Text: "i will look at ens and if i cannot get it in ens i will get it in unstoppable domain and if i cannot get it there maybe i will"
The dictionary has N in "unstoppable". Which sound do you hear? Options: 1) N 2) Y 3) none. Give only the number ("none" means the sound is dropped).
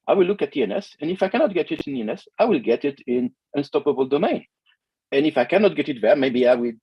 1